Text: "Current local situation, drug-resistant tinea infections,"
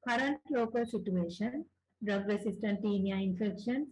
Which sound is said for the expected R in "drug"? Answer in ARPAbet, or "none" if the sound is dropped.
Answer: R